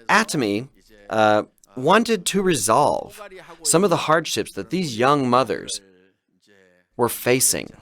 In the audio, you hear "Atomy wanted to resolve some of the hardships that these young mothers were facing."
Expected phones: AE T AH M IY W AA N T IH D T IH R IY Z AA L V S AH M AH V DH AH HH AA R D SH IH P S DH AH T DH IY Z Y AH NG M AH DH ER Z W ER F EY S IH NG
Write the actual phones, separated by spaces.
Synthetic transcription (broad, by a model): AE T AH M IY W AA N T IH D T IH R IY Z AA L V S AH M AH V DH AH HH AA R D SH IH P S DH AH T DH IY Z Y AH NG M AH DH ER Z W ER F EY S IH NG